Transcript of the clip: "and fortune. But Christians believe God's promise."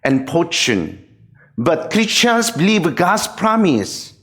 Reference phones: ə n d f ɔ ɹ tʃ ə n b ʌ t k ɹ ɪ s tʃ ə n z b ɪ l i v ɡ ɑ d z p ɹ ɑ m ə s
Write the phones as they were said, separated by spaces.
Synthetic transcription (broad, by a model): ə n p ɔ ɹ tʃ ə n b ʌ t k ɹ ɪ tʃ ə n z b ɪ l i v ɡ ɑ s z p ɹ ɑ m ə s